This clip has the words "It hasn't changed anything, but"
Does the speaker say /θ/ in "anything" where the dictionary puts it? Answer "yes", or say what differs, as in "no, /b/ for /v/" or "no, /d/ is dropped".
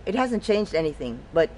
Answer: yes